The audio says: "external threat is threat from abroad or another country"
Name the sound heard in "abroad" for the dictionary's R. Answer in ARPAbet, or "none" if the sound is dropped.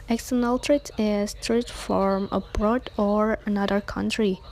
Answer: R